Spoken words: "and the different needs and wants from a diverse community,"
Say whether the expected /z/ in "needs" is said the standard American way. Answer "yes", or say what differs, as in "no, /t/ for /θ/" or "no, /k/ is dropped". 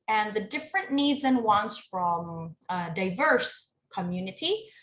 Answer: yes